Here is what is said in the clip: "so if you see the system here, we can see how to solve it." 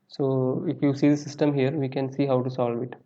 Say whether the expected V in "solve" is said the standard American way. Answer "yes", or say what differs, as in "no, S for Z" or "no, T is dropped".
yes